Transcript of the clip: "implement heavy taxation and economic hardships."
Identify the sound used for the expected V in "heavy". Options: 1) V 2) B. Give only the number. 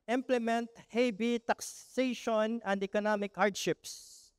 2